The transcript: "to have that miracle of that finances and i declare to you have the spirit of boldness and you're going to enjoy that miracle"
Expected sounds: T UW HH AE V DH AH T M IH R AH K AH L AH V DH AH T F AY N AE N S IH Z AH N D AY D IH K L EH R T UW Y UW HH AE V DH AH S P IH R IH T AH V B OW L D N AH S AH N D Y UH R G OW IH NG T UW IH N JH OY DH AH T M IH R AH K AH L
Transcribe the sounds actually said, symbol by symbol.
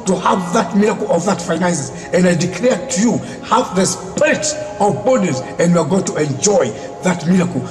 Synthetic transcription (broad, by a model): T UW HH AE V DH AH T M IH R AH K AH L AH V DH AH T F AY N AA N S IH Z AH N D AY D IH K L EH R T UW Y UW HH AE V DH AH S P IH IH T AH V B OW D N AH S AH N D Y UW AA G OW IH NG T UW IH N JH OY DH AH T M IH R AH K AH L